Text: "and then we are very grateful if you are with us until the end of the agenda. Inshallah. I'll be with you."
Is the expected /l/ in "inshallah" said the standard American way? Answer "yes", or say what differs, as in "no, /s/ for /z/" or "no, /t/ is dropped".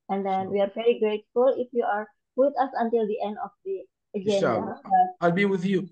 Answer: no, /l/ is dropped